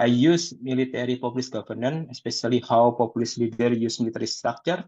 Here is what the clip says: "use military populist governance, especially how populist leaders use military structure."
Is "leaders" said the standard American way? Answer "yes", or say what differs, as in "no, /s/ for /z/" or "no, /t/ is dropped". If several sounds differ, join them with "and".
no, /z/ is dropped